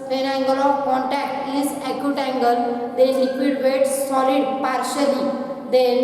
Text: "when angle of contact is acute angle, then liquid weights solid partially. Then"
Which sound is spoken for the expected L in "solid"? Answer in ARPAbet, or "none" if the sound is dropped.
L